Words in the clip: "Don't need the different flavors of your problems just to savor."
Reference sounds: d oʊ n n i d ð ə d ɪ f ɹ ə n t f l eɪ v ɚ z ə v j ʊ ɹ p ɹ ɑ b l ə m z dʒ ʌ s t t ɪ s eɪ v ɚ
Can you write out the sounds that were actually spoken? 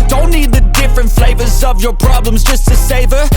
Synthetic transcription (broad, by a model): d oʊ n n i d ð ə d ɪ f ɹ ə n t f l eɪ v ɚ z ə v j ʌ ɹ p ɹ ɑ b l ə m z dʒ ʌ s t t ɪ s eɪ v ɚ